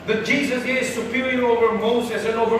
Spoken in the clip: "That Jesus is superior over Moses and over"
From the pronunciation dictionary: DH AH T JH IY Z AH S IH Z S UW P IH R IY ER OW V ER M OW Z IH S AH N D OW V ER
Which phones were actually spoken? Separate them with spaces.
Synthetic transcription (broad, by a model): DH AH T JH IY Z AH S IH Z S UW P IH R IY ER OW V ER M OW S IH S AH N OW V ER